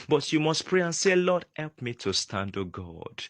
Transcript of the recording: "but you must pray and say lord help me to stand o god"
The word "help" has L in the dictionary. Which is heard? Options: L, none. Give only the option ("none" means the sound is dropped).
L